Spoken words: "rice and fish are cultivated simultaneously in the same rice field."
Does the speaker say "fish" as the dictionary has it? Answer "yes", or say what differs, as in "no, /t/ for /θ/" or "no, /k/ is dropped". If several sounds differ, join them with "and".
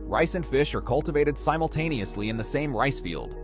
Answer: yes